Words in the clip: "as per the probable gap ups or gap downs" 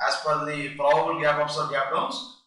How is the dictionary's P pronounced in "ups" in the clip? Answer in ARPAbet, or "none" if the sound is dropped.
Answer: F